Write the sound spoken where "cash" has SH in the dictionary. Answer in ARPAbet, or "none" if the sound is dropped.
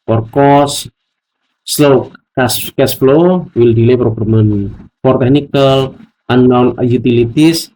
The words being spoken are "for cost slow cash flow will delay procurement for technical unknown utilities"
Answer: S